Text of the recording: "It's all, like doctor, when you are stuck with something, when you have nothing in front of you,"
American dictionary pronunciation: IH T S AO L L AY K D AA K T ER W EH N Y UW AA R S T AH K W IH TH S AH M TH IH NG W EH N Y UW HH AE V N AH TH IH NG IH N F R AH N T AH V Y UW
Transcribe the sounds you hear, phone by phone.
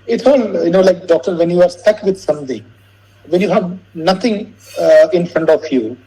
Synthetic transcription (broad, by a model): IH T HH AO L L AY K D AA K T ER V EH N Y UW AA R S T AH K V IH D S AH M T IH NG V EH N Y UW HH AE V N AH T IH NG IH N F R AH N T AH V Y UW